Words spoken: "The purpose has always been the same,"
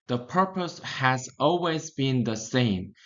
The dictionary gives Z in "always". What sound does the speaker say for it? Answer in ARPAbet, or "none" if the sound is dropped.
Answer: Z